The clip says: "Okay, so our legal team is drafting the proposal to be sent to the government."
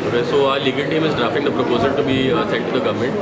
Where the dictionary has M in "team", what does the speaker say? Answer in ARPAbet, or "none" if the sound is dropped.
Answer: M